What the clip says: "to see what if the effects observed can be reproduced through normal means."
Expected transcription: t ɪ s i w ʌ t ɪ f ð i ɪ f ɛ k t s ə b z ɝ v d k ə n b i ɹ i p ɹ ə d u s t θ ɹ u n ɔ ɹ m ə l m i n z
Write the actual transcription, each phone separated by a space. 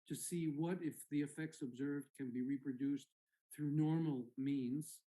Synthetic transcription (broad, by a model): t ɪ s i w ʌ t ɪ f ð i ɪ f ɛ k t s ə b z ɝ v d k ə n b i ɹ i p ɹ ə d u s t θ ɹ u n ɔ ɹ m l m i n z